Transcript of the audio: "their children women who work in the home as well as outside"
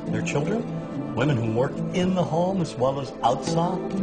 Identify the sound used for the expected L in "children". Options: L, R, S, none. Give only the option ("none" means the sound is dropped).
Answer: L